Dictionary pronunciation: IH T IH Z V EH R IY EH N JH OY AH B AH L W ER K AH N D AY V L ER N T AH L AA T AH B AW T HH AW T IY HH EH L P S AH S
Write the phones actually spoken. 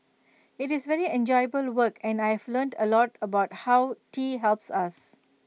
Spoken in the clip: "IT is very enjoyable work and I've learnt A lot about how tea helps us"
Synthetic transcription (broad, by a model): IH T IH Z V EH R IY EH N JH OY AH B AH L W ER K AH N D AY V L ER N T AH L AA T AH B AW T HH AW T IY HH EH L P S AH S